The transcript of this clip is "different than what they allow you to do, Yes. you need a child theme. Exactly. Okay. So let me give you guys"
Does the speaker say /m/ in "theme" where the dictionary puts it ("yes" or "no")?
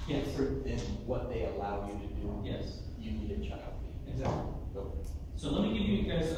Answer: no